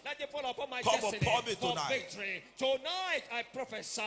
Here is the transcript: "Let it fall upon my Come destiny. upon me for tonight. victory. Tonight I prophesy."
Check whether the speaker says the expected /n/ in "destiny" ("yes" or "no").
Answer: no